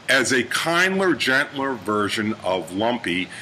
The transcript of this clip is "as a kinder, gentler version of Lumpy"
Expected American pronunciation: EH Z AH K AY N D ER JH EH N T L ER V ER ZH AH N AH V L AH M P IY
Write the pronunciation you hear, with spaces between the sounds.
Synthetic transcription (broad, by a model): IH Z AH K AY N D ER JH EH N T L ER V ER ZH AH N AH V L AH M P IY